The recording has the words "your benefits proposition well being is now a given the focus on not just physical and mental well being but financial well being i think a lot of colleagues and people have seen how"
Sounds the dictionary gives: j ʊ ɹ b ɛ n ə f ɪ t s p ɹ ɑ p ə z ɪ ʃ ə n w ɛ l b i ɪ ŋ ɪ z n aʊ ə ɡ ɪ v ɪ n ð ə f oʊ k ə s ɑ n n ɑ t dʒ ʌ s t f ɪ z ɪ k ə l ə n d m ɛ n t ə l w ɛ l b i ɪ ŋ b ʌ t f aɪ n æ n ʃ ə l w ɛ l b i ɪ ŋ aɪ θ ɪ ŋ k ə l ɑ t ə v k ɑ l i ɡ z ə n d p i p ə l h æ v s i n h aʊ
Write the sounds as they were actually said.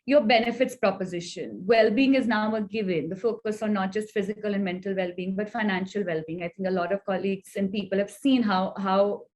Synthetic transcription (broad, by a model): j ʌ ɹ b ɛ n ə f ɪ t s p ɹ ɑ p ə z ɪ ʃ ə n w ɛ l b i ɪ ŋ ɪ z n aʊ ə ɡ ɪ v ɪ n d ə f oʊ k ə s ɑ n n ɑ t dʒ ʌ s t f ɪ z ɪ k ə l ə n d m ɛ n t ə l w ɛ l b i ɪ ŋ b ʌ t f aɪ n æ n ʃ ə l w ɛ l b i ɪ ŋ aɪ t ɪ ŋ k ə l ɑ t ə v k ɑ l i ɡ z ə n d p i p ə l h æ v s i n h aʊ